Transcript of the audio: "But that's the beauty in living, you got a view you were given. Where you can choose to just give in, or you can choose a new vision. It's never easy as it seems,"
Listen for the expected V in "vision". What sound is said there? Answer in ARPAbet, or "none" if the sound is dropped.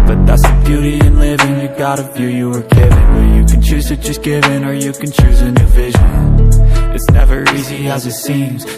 V